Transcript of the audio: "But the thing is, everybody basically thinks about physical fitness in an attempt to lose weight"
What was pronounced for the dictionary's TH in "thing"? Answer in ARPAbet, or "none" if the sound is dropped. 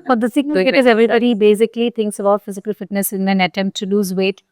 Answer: S